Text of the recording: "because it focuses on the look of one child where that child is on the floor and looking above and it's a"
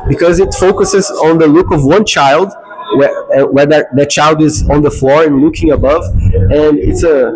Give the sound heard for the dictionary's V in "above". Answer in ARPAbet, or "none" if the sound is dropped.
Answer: V